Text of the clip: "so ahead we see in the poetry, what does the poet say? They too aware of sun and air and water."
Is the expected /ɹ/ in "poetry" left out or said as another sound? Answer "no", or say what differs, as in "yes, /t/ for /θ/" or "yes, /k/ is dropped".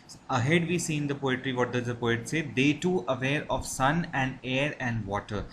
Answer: no